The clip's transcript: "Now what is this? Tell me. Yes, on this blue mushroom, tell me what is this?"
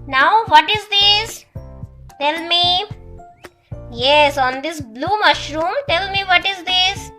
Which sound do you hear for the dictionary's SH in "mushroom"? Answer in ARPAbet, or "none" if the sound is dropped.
SH